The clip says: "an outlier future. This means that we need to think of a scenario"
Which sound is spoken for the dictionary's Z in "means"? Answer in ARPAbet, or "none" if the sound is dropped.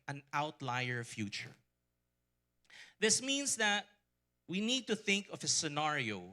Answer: S